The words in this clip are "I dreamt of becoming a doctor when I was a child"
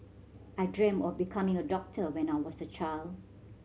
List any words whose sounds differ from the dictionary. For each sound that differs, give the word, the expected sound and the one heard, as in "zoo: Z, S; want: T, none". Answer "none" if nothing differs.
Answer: dreamt: T, none; was: Z, S